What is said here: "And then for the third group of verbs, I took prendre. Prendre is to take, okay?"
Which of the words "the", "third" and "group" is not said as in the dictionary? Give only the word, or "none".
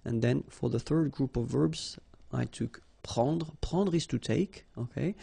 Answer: none